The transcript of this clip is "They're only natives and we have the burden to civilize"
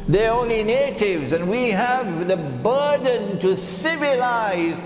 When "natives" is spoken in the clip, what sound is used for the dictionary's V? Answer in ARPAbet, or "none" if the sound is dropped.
V